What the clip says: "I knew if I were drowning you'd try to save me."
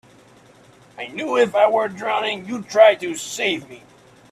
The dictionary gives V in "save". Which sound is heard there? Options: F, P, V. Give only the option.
V